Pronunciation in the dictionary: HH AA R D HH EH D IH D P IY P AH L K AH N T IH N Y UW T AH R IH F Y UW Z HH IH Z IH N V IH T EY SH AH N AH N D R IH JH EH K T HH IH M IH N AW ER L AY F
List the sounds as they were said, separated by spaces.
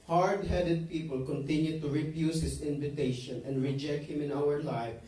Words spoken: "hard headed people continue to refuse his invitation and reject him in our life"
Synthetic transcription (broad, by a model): HH AA R D HH EH D IH D P IY P AH L K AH N T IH N Y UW T AH R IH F Y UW S HH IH S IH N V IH T EY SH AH N AH N D R IH JH EH K T HH IH M IH N AW ER L AY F